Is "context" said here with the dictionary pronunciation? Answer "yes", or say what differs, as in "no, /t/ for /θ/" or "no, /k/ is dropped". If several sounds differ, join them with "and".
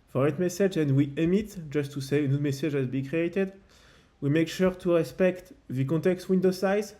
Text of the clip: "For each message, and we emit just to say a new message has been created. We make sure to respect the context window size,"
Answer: no, /n/ is dropped